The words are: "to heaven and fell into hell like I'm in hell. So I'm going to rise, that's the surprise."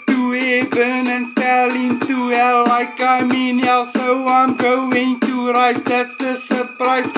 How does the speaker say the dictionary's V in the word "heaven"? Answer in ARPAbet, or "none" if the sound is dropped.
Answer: B